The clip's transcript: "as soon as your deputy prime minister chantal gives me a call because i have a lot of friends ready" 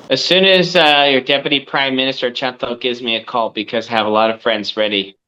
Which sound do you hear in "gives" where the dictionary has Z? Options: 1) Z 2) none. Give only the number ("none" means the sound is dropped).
1